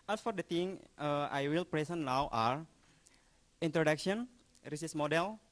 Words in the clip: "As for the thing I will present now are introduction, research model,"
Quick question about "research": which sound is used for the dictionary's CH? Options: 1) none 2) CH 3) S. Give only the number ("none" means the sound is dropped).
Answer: 3